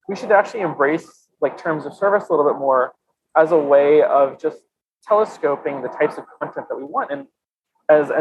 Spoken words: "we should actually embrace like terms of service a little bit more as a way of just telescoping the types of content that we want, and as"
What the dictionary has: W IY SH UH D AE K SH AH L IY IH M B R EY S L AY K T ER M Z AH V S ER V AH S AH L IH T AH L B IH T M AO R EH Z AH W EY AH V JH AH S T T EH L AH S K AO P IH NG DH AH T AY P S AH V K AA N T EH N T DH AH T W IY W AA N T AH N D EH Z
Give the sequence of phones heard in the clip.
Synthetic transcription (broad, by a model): W IY SH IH D AE K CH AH L IY IH M B R EY S L AY K T ER M Z AH V S ER V AH S AH L IH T L B IH T M AO R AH Z AH W EY AH V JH AH S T T EH L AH S K AO P IH NG DH AH T AY P S AH V K AA N T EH N DH AH T W IY W AA N T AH N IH Z